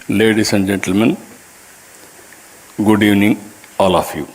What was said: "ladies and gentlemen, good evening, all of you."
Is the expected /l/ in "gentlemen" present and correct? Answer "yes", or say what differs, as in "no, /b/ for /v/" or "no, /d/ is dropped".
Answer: yes